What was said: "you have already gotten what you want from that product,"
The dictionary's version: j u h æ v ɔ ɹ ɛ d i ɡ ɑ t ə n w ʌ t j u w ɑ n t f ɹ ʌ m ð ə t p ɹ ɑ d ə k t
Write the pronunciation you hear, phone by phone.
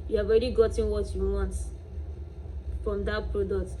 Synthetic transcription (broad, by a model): j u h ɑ v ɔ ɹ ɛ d i ɡ ɑ t ə n w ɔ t j u w ɑ n t f ɹ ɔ m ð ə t p ɹ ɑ d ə k t